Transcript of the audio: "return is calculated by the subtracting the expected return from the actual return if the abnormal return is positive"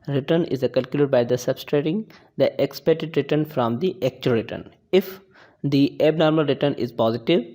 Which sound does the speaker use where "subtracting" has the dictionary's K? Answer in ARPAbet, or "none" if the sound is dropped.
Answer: none